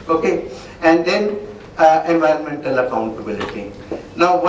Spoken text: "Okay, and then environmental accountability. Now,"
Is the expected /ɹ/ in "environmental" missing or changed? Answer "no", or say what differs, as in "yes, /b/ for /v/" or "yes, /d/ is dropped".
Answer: no